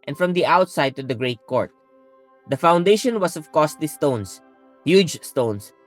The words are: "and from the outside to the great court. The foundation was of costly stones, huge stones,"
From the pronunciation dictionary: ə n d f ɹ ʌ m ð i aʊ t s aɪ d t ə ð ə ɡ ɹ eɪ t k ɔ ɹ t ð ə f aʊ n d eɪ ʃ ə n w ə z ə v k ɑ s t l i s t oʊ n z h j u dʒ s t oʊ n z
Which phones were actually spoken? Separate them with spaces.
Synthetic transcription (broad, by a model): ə n f ɹ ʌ m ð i aʊ t s aɪ d t ə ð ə ɡ ɹ eɪ t k ɔ ɹ t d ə f aʊ n d eɪ ʃ ə n w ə s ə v k ɑ s t l i s t oʊ n s h j u dʒ s t oʊ n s